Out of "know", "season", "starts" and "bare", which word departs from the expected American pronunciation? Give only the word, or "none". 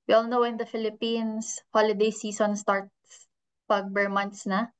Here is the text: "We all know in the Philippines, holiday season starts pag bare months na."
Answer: season